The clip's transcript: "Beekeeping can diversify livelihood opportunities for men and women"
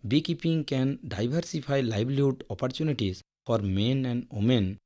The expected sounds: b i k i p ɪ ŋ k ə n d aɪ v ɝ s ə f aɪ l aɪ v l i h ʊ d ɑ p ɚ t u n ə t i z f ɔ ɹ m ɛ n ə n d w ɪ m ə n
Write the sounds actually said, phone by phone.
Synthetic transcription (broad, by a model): b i k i p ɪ ŋ k ə n d aɪ b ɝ s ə p aɪ l aɪ b l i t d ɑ p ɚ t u n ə t i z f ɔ ɹ m ɛ n ə n d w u m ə n